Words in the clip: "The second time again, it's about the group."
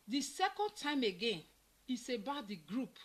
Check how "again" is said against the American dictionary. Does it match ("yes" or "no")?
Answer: yes